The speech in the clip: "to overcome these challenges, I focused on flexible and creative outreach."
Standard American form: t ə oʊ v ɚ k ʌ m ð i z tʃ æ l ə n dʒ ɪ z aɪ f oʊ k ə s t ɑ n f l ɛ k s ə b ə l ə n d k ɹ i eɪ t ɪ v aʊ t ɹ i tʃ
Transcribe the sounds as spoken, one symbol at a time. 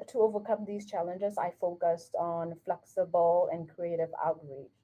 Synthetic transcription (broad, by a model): t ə oʊ v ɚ k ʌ m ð i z tʃ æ l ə n dʒ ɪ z aɪ f oʊ k ə s t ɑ n f l ɛ k s ə b ə l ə n k ɹ i eɪ t ɪ v aʊ t ɹ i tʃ